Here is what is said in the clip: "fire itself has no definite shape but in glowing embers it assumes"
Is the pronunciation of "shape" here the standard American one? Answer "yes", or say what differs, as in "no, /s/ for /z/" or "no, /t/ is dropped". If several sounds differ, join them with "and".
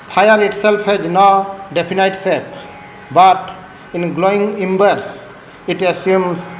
no, /s/ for /ʃ/